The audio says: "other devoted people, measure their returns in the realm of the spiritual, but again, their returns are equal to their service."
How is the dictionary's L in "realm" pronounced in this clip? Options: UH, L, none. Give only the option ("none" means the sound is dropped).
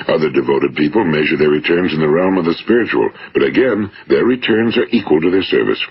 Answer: L